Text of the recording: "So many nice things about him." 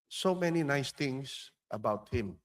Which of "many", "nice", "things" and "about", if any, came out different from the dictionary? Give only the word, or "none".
things